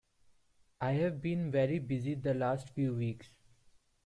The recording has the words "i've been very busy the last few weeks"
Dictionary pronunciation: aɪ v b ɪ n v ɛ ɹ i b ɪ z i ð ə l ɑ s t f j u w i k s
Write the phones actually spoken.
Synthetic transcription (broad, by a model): aɪ v b ɪ n v ɛ ɹ i b ɪ z i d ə l ɑ s t f j u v i k s